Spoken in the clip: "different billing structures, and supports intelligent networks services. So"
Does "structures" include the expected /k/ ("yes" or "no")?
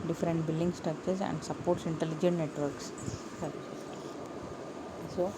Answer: no